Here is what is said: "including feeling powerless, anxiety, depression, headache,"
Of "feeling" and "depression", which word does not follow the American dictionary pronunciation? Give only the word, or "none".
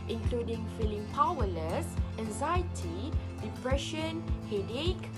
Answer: none